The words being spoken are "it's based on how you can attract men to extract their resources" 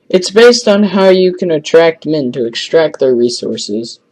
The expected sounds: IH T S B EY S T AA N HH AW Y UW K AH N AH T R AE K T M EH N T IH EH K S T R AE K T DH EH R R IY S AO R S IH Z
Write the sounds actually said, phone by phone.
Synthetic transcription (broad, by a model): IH T S B EY S T N HH AW Y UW K AH N AH T R AE K T M EH N T IH EH K S T R AE K T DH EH R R IY S AO R S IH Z